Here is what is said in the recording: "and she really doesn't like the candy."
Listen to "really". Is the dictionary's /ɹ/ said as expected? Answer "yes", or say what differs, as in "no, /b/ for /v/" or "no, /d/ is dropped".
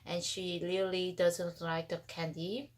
no, /l/ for /ɹ/